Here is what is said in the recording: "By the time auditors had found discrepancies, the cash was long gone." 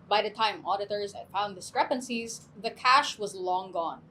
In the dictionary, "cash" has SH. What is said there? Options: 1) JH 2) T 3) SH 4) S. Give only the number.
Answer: 3